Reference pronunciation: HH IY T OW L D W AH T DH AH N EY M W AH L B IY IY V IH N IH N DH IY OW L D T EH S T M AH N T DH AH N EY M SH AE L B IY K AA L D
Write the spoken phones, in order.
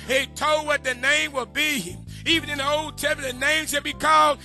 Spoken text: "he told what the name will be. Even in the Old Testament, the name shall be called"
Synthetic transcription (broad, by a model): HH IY T OW L D W AH T DH AH N EY M W AH L B IY IY V IH N IH N DH IY OW L D T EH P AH DH AH N EY M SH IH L B IY K AA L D